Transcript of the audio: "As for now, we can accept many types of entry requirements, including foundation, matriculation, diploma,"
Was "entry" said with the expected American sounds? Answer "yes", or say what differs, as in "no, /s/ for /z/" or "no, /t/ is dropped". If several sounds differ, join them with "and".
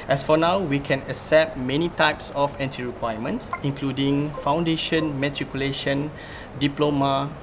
no, /ɹ/ is dropped